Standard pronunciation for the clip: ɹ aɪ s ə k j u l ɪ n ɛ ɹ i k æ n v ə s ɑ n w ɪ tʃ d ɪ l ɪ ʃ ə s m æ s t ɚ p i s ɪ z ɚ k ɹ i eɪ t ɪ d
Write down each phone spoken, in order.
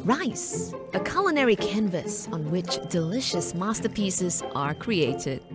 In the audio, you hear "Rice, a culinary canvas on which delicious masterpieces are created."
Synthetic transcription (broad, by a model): ɹ aɪ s ə k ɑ l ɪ n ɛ ɹ i k æ n v ə s n w ɪ tʃ d ɪ l ɪ ʃ ə s m æ s t ɚ p i s ɪ z ɚ k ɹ i eɪ t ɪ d